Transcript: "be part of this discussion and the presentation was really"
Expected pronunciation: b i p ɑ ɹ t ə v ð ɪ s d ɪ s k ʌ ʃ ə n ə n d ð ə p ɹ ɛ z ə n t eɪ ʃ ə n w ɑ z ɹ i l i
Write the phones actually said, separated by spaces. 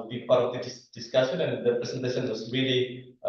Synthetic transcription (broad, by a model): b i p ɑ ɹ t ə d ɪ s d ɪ s k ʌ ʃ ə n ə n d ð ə p ɹ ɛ s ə n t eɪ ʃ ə n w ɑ s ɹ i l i